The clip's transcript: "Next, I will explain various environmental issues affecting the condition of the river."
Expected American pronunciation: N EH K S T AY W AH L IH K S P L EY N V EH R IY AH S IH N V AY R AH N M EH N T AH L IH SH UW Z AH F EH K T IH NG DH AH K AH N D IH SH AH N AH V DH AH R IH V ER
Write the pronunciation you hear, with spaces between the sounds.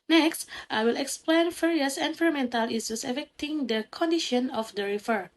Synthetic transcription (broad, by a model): N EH K S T AY W AH L IH K S P L EY N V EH R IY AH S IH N F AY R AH M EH N T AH L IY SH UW S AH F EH K T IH NG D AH K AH N D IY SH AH N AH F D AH R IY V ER